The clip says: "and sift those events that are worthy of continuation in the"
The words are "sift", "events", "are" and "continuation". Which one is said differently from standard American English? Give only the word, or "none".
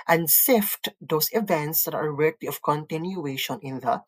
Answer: none